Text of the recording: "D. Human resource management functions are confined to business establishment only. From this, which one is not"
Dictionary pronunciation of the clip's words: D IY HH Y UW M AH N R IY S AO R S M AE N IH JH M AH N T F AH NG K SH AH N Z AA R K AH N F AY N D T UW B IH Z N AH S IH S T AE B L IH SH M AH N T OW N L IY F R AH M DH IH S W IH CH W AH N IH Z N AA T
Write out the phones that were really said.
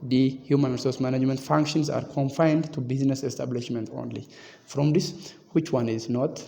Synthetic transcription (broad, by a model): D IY HH Y UW M AH N R IY S AO R S M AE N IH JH M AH N T F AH NG K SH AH N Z AA R K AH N F AY N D T UW B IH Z N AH S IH S T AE B L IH SH M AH N T OW N L IY F R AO M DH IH S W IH CH W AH N IH Z N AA T